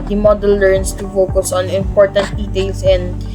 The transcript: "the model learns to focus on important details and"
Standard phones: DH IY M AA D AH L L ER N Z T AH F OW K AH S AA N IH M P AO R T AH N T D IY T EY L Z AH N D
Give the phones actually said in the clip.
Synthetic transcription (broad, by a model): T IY M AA D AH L L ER N S T AH F OW K AH S AA N IH M P AO R T AH N T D IY T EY L S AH N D